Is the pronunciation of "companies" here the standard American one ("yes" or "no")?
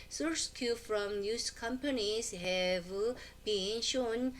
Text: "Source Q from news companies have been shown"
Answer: no